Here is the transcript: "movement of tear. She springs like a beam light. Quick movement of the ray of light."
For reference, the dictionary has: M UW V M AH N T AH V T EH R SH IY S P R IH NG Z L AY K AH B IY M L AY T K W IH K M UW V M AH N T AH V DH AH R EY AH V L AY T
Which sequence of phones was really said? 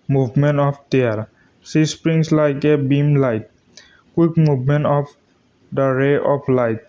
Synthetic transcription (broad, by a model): M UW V M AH N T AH P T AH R S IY S P R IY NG S L AY K AH B IY M L AY T K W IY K M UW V M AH N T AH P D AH R EY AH P L AY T